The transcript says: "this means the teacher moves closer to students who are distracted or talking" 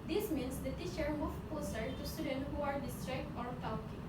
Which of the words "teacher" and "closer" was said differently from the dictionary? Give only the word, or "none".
closer